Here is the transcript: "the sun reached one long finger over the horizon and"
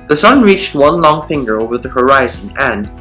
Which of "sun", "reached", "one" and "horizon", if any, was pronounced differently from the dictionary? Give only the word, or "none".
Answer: none